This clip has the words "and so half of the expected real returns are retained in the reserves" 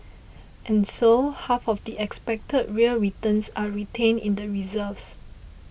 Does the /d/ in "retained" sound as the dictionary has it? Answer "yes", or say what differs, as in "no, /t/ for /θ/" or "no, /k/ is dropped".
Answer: no, /d/ is dropped